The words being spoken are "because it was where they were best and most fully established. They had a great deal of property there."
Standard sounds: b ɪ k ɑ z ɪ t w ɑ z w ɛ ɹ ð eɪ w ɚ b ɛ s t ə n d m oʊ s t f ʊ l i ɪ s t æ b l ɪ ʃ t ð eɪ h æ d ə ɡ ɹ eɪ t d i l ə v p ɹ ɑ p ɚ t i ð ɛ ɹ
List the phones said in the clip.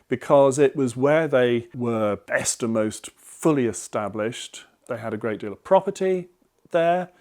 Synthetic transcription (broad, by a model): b ɪ k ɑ z ɪ t w ɑ z w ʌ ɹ ð eɪ w ɚ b ɛ s t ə m oʊ s t f ʊ l i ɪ s t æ b l ɪ ʃ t ð eɪ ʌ d ə ɡ ɹ eɪ t d i l ə v p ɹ ɑ p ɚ t i ð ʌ ɹ